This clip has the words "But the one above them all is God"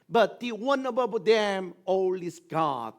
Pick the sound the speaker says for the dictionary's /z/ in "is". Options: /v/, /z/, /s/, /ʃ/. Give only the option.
/s/